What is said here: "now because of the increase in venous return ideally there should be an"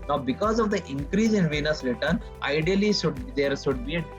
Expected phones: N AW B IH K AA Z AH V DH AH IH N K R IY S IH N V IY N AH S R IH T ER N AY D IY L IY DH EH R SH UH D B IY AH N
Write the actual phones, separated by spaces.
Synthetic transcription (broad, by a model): N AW B IH K AA Z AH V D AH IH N K R IY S IH N V IY N AH S R IH T ER N AY D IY L IY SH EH R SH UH D B IY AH